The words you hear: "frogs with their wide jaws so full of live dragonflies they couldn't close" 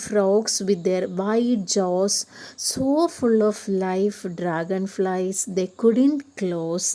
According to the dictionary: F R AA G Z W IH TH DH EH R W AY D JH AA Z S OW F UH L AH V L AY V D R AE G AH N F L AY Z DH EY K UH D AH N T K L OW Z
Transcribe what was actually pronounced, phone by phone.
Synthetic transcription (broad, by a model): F R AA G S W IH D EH R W AY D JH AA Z S OW F UH L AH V L AY F D R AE G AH N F L AY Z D EY K UH D AH N T K L OW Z